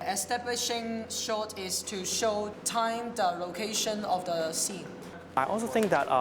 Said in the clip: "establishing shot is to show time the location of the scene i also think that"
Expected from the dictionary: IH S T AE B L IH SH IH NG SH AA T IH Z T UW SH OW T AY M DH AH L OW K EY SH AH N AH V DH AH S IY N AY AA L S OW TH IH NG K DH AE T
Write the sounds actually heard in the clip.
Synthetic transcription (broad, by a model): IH S T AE B L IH SH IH NG SH AA T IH S T UW SH OW T AY M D AH L OW K EY SH AH N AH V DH AH S IY N AY AA L S OW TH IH NG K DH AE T